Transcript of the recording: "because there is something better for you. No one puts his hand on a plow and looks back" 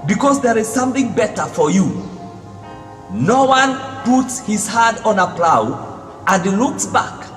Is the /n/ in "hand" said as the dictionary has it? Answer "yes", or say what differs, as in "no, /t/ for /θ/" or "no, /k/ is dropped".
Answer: no, /n/ is dropped